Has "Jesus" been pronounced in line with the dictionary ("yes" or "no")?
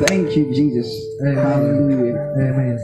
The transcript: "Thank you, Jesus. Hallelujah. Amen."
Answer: yes